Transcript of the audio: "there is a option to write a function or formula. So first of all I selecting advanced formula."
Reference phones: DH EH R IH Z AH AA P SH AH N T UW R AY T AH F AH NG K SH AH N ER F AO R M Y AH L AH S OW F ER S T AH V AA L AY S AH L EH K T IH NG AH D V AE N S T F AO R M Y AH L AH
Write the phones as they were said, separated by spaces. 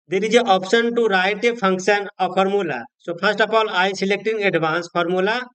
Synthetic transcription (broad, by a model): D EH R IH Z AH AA P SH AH N T UW R AY T AH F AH NG K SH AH N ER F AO R M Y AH L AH S OW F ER S T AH P AA L AY S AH L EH K T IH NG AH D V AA N S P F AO R M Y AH L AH